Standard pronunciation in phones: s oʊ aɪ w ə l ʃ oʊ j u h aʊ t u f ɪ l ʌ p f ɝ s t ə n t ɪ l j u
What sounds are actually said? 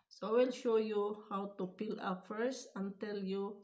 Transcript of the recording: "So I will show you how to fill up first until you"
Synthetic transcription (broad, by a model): s oʊ w ə l ʃ oʊ j u h aʊ t u p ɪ l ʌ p f ɝ s t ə n t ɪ l j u